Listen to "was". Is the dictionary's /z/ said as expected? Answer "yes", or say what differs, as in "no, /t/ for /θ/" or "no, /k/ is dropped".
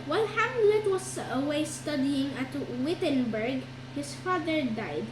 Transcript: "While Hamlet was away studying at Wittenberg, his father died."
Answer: no, /s/ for /z/